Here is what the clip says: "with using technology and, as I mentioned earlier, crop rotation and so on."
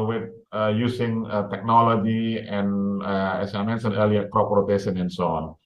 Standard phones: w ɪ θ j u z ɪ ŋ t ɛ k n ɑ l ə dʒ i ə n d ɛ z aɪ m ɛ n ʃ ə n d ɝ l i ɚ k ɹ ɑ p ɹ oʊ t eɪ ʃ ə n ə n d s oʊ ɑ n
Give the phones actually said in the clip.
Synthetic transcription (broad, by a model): w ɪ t j u s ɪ ŋ t ɛ k n ɑ l ə dʒ i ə n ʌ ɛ s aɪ m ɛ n s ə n ɝ l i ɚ k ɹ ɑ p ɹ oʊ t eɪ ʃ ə n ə n s oʊ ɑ n